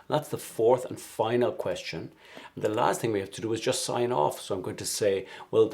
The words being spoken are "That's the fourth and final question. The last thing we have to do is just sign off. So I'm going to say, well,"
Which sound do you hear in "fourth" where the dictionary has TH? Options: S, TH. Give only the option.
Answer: TH